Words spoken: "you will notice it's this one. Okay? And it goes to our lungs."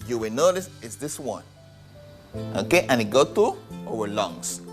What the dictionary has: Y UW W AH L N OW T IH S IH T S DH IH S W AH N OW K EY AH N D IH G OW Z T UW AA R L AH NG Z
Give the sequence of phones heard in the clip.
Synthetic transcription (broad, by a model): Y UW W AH N OW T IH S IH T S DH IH S W AH N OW K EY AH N IH G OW T UW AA W L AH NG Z